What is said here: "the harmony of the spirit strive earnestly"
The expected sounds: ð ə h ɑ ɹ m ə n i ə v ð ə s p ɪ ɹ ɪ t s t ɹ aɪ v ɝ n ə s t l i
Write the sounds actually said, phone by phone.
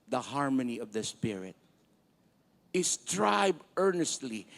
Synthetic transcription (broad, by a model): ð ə h ɑ ɹ m ə n i ə v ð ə s p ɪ ɹ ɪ t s t ɹ aɪ b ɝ n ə s t l i